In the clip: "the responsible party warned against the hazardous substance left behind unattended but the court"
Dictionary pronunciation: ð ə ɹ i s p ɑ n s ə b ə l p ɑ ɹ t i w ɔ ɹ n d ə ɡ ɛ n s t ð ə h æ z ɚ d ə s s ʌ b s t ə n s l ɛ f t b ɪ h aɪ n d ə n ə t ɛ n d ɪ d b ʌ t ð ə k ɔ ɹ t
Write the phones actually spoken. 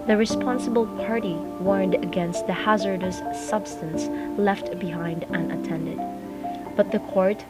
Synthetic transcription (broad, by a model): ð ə ɹ i s p ɑ n s ə b ə l p ɑ ɹ t i w ɔ ɹ n d ə ɡ ɛ n s t ð ə h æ z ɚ d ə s s ʌ b s t ə n s l ɛ f t b ɪ h aɪ n d ə n ə t ɛ n d ɪ d b ʌ t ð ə k ɔ ɹ t